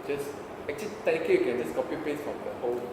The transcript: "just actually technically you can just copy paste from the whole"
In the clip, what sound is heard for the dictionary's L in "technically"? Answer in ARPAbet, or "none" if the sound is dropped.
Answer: none